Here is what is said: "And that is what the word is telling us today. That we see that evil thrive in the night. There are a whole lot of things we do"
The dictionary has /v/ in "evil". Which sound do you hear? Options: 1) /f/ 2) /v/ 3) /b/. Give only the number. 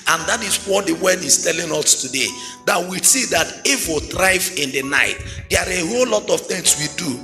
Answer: 1